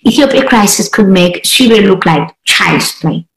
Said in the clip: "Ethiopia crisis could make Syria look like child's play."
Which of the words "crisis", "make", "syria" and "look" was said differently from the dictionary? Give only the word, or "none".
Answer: syria